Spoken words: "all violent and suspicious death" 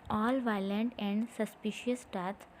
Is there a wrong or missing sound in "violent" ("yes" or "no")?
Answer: no